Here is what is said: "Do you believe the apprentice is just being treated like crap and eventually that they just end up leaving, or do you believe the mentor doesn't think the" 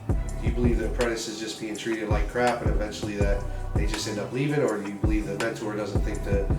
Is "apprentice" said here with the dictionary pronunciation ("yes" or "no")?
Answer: no